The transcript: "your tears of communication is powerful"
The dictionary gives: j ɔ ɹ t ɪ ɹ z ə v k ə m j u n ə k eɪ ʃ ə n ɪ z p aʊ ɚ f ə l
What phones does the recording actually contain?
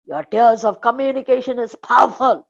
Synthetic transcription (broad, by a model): j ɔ ɹ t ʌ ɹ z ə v k ə m j u n ə k eɪ ʃ ə n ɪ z p aʊ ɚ f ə l